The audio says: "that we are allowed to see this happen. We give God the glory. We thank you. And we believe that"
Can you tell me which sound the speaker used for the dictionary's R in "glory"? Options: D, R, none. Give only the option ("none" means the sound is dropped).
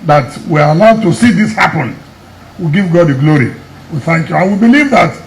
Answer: R